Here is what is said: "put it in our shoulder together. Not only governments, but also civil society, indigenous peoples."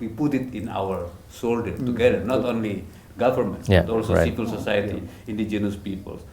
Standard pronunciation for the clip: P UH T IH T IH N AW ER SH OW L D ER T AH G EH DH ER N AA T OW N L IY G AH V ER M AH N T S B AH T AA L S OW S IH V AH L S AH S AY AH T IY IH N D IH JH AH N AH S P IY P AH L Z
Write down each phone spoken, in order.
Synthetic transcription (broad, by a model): P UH T IH T IH N AW ER S OW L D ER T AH G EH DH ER N AA T OW N L IY G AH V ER M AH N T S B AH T AA L S OW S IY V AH L S AH S AY AH T IY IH N D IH JH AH N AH S P IY P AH L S